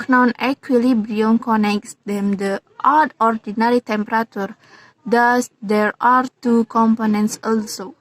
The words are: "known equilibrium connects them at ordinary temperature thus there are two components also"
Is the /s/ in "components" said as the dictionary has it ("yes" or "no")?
yes